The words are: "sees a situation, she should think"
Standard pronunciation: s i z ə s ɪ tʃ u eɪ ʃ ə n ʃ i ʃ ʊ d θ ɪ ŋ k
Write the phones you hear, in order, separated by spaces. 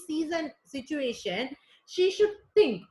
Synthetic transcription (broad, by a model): s i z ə s ɪ tʃ u eɪ ʃ ə n ʃ i ʃ ʊ d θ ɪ ŋ k